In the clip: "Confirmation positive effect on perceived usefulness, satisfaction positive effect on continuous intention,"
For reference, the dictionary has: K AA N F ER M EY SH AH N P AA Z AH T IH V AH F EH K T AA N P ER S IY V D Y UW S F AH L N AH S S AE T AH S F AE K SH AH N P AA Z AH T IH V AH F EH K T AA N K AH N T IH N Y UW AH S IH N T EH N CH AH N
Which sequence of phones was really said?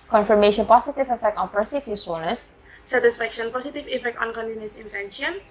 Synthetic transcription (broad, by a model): K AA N F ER M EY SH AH N P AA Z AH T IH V AH F EH K T AA N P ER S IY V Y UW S AH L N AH S S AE T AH S F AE K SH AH N P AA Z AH T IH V AH F EH K T AA N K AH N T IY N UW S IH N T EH N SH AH N